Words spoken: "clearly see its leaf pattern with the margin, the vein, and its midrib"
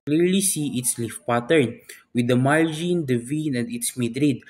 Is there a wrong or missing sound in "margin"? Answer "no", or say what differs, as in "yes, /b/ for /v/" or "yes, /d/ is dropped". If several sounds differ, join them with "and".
yes, /l/ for /ɹ/